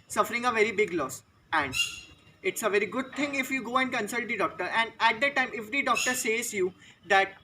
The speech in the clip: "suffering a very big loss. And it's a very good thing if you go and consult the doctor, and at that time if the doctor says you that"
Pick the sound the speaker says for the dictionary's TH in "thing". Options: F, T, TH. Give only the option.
T